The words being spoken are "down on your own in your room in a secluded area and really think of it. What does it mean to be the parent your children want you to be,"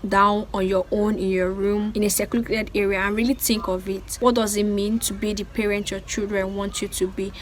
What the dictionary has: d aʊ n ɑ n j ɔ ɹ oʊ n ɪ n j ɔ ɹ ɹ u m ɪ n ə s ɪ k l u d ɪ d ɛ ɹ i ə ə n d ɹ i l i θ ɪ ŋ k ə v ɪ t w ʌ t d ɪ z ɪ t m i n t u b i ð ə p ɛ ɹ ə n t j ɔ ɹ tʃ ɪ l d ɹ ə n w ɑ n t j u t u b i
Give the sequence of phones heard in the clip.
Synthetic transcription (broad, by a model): d aʊ n ɑ n j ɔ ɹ oʊ n ɪ n j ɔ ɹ ɹ u m ɪ n ə s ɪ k u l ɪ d ɛ ɹ i ə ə n ɹ i l i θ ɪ ŋ k ə v ɪ t w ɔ t d ɪ z ɪ t m i n t u b i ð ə p ɛ ɹ ə n t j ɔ tʃ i l d ɹ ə n w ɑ n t j u t u b i